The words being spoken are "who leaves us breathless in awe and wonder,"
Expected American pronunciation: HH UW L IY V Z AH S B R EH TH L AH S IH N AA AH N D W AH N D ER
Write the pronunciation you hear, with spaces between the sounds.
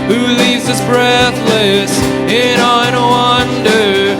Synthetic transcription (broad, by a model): HH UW L IY V Z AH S B R EH TH L AH S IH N AA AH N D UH AH N D ER